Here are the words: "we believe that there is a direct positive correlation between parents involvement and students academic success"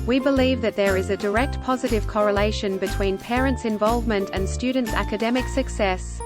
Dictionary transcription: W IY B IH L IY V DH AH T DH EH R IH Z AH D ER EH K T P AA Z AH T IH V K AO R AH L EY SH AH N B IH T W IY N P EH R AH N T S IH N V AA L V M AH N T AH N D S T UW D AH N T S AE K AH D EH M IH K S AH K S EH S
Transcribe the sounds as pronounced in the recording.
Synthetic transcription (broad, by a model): W IY B IH L IY V DH AH T DH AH R IH Z AH D ER EH K T P AA Z AH T IH V K AO R AH L EY SH AH N B IH T W IY N P EH R AH N T S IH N V AA L V M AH N T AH N S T UW D N T S AE K AH D EH M IH K S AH K S EH S